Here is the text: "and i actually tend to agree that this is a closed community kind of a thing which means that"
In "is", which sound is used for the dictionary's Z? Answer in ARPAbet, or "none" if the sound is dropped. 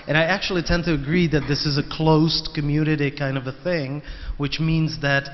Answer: Z